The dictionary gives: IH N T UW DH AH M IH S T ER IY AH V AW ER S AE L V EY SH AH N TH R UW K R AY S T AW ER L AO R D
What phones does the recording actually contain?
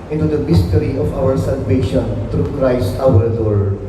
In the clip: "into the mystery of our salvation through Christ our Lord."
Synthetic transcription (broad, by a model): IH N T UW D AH M IH S T ER IY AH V AW ER S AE L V EY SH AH N T R UW K R AY S T AW ER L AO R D